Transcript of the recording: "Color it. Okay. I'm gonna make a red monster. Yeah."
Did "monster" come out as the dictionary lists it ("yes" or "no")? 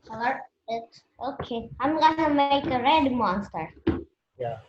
yes